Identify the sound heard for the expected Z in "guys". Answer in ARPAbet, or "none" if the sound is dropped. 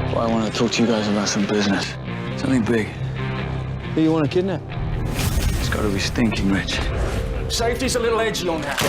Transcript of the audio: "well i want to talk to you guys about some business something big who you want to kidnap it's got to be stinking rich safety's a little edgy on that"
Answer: Z